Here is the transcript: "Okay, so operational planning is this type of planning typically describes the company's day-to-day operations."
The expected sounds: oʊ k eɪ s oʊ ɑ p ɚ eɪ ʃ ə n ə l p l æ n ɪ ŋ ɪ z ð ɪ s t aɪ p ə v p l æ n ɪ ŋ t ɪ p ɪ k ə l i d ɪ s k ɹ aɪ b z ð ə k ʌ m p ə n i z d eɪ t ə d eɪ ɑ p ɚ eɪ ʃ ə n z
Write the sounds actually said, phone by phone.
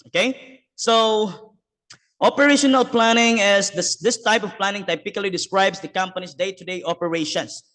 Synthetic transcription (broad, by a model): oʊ k eɪ s oʊ ɑ p ɚ eɪ ʃ ə n ə l p l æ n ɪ ŋ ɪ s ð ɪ s t aɪ p ə v p l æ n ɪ ŋ t ɪ p ɪ k ə l i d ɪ s k ɹ aɪ b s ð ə k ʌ m p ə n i s d eɪ t ə d eɪ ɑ p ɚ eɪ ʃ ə n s